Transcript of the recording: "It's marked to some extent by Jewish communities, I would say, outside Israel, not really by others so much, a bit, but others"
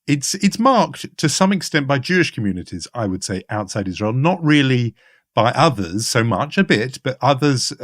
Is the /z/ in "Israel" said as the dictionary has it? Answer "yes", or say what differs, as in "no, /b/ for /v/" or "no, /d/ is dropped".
yes